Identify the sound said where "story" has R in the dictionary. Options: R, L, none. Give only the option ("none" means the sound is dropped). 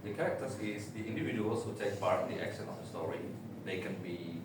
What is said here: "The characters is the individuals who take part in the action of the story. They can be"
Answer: R